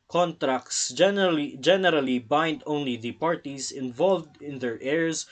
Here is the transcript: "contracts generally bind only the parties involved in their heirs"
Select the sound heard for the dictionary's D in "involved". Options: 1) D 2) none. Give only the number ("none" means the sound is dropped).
1